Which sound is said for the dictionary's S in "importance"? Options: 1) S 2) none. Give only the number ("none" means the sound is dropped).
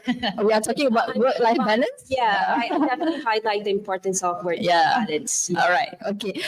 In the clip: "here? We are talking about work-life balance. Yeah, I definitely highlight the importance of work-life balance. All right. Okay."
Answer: 1